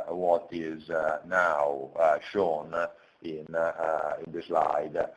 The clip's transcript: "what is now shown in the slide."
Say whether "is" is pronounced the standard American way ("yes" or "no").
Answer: yes